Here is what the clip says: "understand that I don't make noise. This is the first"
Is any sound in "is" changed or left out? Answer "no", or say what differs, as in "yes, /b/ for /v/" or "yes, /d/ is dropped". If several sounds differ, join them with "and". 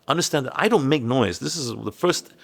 no